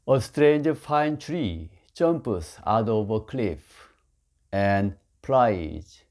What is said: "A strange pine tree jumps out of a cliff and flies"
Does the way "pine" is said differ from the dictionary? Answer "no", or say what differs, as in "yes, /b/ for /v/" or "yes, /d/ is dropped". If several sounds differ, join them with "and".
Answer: yes, /f/ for /p/